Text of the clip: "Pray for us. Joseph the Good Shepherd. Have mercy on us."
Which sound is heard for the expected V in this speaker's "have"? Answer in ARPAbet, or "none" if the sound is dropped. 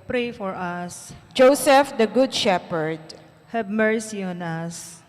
B